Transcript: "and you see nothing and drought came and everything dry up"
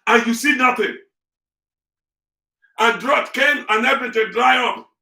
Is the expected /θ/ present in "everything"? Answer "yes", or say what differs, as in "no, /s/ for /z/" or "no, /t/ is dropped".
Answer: no, /t/ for /θ/